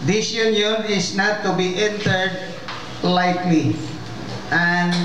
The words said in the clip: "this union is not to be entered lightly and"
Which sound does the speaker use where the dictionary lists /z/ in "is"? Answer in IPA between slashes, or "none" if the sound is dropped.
/s/